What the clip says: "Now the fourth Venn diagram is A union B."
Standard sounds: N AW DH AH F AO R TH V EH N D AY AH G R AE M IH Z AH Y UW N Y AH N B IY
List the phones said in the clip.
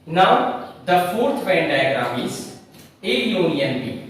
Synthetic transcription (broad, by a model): N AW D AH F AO R T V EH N D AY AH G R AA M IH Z AH Y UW N Y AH N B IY